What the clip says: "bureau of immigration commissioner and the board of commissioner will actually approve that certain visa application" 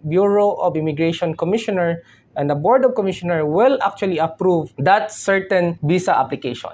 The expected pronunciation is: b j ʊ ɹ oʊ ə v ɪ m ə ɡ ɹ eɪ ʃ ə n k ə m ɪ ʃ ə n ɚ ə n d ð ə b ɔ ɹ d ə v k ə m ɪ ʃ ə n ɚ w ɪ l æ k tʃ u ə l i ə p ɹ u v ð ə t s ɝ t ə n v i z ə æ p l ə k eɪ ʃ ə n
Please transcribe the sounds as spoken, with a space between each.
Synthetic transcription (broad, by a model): b j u ɹ oʊ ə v ɪ m ə ɡ ɹ eɪ ʃ ə n k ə m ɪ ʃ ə n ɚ ə n d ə b ɔ ɹ d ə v k ə m ɪ ʃ ə n ɚ w ɪ l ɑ k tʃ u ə l i ə p ɹ u v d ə t s ɝ t ə n b i s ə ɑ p l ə k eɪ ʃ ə n